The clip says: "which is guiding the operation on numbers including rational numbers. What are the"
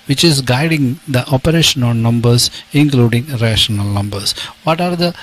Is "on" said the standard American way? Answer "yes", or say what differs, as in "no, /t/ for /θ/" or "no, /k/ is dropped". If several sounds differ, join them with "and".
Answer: no, /l/ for /n/